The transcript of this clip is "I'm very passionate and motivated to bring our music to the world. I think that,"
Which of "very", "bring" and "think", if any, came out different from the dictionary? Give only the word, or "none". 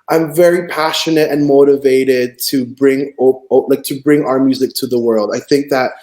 none